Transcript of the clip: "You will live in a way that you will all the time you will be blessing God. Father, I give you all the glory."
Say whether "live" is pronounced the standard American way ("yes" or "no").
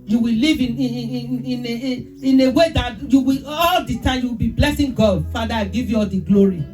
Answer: no